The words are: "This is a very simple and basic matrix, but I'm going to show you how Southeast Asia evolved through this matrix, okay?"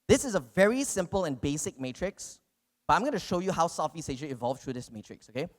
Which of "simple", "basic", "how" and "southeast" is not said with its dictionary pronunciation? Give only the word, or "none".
southeast